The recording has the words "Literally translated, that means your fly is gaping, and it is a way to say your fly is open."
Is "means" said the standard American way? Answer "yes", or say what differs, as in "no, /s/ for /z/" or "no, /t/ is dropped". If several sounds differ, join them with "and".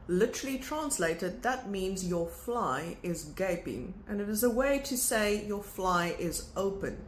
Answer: yes